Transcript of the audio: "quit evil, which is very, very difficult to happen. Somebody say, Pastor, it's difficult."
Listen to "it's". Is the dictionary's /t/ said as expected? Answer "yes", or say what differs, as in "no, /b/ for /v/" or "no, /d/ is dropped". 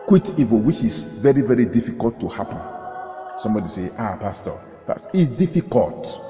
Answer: no, /s/ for /t/